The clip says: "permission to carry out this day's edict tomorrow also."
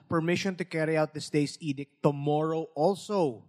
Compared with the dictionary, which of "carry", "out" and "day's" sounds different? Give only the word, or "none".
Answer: day's